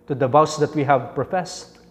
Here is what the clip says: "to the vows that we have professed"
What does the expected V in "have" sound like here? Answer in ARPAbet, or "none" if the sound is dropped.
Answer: V